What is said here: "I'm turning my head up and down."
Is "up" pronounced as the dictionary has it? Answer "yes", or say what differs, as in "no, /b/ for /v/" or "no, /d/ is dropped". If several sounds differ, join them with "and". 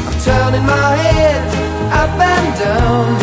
no, /b/ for /p/